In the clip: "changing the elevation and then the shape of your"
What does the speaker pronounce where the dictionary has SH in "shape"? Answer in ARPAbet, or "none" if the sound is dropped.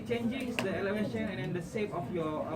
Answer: S